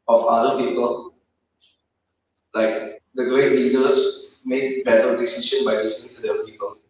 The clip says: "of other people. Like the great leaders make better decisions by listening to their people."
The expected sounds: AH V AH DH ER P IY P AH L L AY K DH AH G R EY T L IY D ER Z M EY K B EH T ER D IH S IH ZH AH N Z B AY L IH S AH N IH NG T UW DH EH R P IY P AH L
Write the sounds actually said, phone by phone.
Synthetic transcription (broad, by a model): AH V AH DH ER P IY P AH L L AY K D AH G R EY T L IY D ER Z M EY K B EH T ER D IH S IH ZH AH N B AY L IH S AH N IH NG T UW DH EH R P IY P AH L